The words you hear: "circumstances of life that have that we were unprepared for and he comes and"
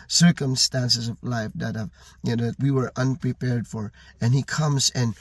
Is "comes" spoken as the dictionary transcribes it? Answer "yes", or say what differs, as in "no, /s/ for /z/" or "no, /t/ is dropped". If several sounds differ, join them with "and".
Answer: yes